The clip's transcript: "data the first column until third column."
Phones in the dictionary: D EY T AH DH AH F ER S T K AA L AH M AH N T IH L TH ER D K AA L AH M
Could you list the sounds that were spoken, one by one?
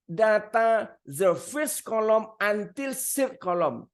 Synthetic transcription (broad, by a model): D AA T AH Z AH F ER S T K AA L AH M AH N T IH L S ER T K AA L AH M